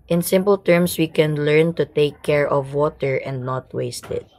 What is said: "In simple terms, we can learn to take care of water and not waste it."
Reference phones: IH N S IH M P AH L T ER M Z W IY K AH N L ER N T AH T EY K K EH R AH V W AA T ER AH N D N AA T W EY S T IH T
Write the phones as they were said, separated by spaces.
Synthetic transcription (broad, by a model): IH N S IH M P AH L T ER M S W IY K AH N L ER N T AH T EY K K EH R AH V W AA T ER AH N D N AA T W EY S T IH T